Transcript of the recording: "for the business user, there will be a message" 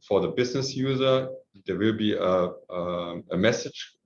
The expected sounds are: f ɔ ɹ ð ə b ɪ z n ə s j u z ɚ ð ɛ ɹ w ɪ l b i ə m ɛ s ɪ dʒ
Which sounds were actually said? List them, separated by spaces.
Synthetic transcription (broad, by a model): f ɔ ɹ ð ə b ɪ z n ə s j u z ɚ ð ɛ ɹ w ɪ l b i ə m ɛ s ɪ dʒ